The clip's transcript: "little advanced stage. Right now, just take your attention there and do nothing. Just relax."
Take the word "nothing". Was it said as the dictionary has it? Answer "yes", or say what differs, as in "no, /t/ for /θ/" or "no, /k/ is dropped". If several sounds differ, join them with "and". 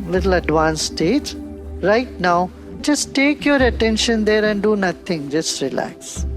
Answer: no, /t/ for /θ/